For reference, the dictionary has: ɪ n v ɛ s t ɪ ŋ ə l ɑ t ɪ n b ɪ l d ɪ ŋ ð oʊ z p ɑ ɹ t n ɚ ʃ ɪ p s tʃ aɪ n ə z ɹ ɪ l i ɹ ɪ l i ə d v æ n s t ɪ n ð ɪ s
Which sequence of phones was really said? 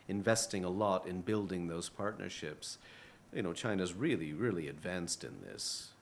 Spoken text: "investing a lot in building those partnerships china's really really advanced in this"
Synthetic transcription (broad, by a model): ɪ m v ɛ s t ɪ ŋ ə l ɑ t ɪ n b ɪ l d ɪ ŋ ð oʊ z p ɑ ɹ t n ɚ ʃ ɪ p s tʃ aɪ n ə z ɹ ɪ l i ɹ ɪ l i ə d v æ n s t ɪ n ð ɪ s